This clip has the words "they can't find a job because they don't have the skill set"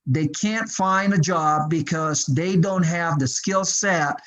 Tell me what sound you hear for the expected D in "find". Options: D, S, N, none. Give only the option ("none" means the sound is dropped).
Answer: D